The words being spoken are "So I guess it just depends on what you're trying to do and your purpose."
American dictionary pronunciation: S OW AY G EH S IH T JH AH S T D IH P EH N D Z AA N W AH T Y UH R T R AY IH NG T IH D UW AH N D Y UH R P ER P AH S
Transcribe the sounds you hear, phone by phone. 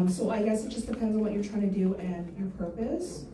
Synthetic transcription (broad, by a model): S OW AY G EH S IH T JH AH S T D IH P EH N D Z N W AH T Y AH R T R AY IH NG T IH D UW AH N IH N P ER P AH S